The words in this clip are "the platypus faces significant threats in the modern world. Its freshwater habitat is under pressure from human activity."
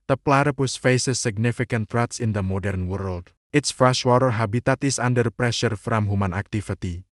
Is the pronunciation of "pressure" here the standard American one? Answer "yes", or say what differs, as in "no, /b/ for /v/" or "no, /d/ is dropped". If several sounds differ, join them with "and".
yes